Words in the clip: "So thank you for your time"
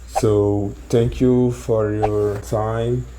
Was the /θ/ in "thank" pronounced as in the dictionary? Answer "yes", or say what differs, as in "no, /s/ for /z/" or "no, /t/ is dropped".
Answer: no, /t/ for /θ/